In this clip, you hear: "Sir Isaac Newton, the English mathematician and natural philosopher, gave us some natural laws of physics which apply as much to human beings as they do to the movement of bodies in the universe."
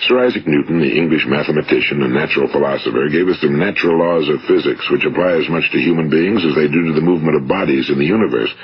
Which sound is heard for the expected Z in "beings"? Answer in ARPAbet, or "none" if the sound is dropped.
Z